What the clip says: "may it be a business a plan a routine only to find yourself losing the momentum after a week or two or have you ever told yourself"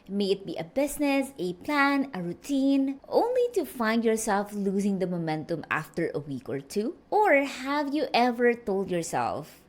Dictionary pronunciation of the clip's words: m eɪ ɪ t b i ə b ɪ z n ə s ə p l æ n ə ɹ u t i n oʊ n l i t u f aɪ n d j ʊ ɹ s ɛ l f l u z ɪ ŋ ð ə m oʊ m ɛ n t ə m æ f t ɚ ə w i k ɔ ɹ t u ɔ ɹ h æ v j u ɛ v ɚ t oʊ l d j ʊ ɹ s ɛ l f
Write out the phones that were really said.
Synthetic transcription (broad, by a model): m eɪ ɪ t b i ə b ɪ s n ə s ə p l æ n ə ɹ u t i n oʊ n l i t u f aɪ n d j ʊ ɹ s ɛ l f l u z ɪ ŋ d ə m oʊ m ɛ n t ə m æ f t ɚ ə w i k ɔ ɹ t u ɔ ɹ h æ v j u ɛ v ɚ t oʊ l d j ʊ ɹ s ɛ l f